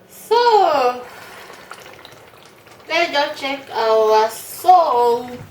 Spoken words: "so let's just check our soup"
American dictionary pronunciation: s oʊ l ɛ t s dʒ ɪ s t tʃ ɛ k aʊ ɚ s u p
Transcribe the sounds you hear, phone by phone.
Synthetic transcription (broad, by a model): s oʊ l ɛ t dʒ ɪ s tʃ ɛ k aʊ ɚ s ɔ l